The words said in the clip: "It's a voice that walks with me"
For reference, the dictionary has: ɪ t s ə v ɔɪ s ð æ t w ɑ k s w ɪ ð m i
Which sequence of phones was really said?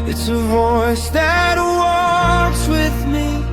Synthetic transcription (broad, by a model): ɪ t s ə v ɔɪ s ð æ t w ɑ k s w ɪ ð m i